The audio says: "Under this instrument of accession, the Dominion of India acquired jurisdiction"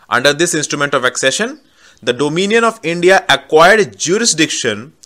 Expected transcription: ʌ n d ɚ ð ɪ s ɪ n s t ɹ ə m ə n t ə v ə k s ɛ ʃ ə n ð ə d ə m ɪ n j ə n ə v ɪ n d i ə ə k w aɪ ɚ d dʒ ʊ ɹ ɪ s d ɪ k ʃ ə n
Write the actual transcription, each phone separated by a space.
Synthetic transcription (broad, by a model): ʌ n d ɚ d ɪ s ɪ n s t ɹ ə m ə n t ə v ə k s ɛ ʃ ə n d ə d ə m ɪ n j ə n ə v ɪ n d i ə ə k w aɪ ɚ d dʒ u ɹ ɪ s d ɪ k ʃ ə n